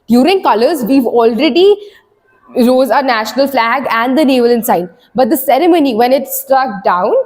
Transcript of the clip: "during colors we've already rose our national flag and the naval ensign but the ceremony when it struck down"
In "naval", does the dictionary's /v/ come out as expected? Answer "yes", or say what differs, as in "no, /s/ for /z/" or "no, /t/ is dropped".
yes